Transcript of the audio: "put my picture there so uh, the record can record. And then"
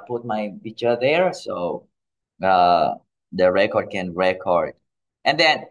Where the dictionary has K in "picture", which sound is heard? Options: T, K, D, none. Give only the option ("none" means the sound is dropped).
none